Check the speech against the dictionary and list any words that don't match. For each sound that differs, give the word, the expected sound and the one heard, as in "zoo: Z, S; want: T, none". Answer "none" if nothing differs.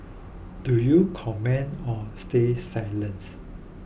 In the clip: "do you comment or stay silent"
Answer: comment: T, none